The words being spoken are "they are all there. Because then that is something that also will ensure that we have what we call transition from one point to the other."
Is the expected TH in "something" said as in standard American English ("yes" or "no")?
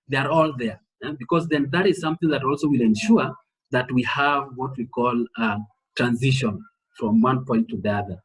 yes